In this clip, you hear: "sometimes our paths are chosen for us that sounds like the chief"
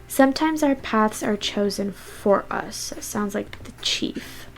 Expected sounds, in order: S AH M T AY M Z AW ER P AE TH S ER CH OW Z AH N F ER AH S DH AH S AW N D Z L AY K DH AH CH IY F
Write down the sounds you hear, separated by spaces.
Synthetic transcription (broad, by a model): S AH M T AY M Z AW ER P AE TH S ER CH OW Z AH N F ER AH S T S AW N D Z L AY K DH AH CH IY F